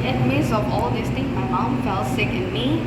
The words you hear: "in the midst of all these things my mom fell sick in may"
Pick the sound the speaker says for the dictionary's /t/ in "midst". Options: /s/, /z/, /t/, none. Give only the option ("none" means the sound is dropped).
none